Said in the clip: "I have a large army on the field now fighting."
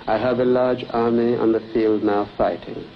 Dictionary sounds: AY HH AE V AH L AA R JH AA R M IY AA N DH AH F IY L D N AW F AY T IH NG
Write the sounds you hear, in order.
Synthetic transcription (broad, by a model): AY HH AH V AH L AA R JH AA R M IY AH N DH AH F IY L D N AW F AY T IH NG